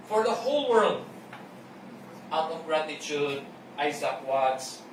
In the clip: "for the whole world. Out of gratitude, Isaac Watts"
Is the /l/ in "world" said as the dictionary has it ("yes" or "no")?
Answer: yes